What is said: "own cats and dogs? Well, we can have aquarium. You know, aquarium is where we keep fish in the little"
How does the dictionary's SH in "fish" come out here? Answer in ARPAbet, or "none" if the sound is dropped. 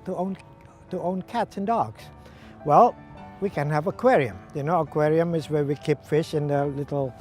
SH